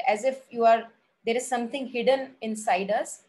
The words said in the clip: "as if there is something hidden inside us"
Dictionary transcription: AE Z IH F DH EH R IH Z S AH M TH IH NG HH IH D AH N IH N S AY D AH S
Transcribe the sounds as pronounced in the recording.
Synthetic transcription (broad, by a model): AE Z IH F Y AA R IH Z S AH M T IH NG HH IH D AH N IH N S AY D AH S